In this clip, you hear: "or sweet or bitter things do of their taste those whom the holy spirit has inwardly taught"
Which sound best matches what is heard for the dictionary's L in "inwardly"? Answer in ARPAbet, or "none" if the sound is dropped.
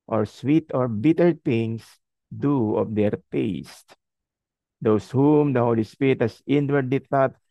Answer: none